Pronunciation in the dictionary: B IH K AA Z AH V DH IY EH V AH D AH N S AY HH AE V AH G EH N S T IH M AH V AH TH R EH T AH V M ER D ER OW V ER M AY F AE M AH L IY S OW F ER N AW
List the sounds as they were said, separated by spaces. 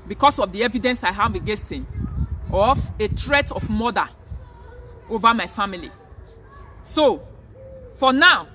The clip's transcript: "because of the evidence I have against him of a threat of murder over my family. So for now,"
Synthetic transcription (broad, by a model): B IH K AA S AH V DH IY EH V AH D AH N S AY HH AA V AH G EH S T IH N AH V AH T R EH T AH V M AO D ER OW V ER M AY F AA M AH L IY S OW F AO N AW